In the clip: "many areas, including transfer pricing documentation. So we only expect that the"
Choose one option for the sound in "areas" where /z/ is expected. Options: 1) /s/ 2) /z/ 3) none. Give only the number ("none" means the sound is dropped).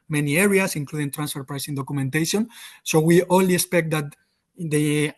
1